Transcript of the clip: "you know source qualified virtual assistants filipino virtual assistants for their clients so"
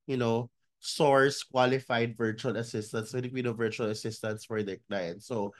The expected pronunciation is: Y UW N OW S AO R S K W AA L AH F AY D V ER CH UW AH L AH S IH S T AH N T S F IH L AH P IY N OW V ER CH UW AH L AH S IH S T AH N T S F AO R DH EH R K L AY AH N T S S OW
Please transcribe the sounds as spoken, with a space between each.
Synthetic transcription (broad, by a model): Y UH N OW S AO R S K W AA L AH F AY D V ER CH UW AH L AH S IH S T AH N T S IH N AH B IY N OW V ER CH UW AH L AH S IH S T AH N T S F AO R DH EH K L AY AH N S S OW